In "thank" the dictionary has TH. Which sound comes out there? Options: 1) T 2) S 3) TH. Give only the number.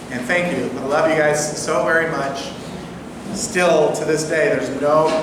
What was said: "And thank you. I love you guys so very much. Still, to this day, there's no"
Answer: 3